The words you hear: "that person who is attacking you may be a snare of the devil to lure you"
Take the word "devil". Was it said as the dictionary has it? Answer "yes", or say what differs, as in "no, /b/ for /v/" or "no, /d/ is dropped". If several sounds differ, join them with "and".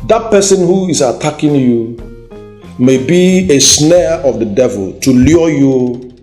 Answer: yes